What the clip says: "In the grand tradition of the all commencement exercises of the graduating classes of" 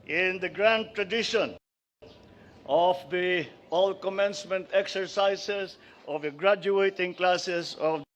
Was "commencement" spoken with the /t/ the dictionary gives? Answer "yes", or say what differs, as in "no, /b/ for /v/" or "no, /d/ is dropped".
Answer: yes